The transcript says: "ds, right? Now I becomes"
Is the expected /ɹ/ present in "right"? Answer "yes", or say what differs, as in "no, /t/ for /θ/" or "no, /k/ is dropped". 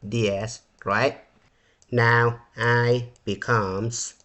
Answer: yes